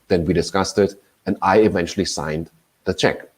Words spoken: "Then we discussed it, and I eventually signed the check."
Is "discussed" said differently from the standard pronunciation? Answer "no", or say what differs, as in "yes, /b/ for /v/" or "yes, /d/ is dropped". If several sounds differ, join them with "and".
no